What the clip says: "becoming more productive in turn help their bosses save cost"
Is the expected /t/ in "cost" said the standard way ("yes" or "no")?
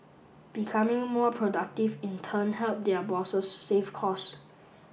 no